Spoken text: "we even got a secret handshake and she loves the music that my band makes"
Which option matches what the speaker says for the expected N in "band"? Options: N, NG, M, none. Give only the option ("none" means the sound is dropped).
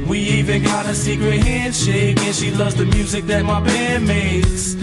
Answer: none